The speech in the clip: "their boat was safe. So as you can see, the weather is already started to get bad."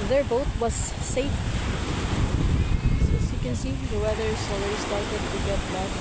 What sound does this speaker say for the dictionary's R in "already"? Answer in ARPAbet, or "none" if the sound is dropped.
none